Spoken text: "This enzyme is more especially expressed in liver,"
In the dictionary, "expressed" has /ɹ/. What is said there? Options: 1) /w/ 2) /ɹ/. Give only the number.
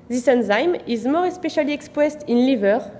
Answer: 1